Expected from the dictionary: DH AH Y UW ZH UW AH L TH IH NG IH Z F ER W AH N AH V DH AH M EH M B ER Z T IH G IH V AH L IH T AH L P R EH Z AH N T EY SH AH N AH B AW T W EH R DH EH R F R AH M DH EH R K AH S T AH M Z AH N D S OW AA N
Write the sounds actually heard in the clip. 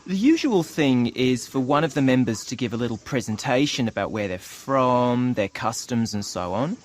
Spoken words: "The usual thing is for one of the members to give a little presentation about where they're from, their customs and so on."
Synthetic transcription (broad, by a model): DH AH Y UW ZH UW AH L TH IH NG IH Z F ER W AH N AH V DH AH M EH M B ER Z T IH G IH V AH L IH T L P R EH Z AH N T EY SH AH N AH B AW T W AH R DH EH R F R AH M DH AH R K AH S T AH M Z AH N S OW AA N